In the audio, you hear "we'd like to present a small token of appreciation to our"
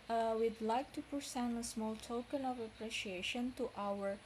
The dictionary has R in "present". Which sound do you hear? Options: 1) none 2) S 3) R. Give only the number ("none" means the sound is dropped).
1